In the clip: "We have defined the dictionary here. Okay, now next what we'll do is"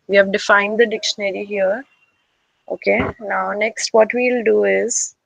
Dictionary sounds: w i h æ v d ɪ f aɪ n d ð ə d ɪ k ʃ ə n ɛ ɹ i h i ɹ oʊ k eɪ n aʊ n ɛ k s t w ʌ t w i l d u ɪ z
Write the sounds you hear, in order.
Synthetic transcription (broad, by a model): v i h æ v d ɪ f aɪ n d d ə d ɪ k ʃ ə n ɛ ɹ i h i ɹ oʊ k eɪ n aʊ n ɛ k s t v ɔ t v i l d u ɪ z